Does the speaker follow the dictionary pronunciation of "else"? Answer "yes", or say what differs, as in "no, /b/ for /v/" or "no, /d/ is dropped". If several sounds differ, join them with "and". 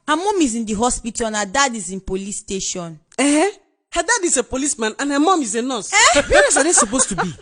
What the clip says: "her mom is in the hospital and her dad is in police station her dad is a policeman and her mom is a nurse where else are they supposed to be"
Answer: no, /l/ is dropped